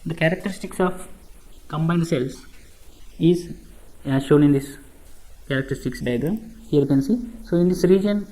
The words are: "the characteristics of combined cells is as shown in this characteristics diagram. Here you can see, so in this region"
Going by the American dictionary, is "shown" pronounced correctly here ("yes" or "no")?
yes